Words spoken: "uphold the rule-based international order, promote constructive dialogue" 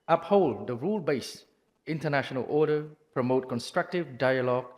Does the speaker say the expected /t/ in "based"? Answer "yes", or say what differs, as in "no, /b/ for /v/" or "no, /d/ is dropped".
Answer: no, /t/ is dropped